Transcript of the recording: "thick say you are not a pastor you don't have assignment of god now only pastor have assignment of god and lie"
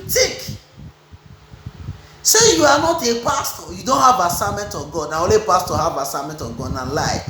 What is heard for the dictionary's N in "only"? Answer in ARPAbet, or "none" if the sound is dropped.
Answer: none